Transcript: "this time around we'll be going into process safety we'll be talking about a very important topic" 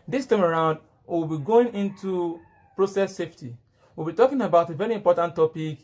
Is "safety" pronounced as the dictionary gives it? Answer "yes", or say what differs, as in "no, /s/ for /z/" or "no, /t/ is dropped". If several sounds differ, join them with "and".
yes